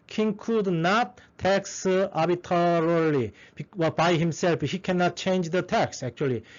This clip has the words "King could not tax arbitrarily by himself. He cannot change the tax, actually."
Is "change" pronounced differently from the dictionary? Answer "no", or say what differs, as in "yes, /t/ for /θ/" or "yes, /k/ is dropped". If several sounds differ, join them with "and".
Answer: no